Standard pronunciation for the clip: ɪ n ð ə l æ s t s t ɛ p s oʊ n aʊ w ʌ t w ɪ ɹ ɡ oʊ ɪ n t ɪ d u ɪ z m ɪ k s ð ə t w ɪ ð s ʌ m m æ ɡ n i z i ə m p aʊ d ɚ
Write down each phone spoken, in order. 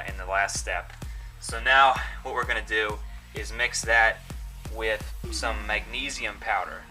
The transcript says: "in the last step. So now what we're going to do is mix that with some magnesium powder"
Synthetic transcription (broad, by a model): ɪ n ð ə l æ s t s t ɛ p s oʊ n aʊ w ʌ t w ɪ ɹ ɡ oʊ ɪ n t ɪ d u ɪ z m ɪ k s ð ə t w ɪ ð s ʌ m m æ ɡ n i z i ə m p aʊ d ɚ